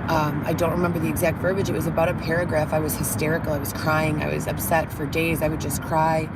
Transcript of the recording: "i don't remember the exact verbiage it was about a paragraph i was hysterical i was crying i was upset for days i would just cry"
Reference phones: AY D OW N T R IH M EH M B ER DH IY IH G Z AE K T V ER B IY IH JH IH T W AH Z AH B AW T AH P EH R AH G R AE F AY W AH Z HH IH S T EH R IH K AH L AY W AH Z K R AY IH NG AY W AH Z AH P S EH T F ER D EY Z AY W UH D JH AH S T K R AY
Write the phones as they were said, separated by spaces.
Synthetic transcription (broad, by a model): AY D OW N T R IH M EH M B ER DH IY IH G Z AE K T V ER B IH JH IH T W AH Z AH B AW T AH P EH R AH G R AE F AY W AH Z HH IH S T EH R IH K L AY W AH Z K R AY IH NG AY W AH Z AH P S EH T F ER D EY Z AY W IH D JH AH S K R AY